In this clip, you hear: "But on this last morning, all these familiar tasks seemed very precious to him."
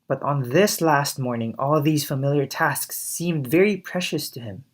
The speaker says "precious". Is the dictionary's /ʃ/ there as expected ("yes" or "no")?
yes